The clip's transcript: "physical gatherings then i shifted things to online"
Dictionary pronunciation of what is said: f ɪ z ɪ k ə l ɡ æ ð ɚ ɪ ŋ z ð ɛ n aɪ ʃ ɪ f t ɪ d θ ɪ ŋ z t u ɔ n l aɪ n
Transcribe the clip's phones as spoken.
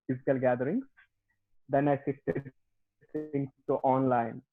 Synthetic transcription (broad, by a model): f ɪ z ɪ k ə l ɡ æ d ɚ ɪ ŋ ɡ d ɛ n aɪ s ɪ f t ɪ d s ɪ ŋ s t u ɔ n l aɪ n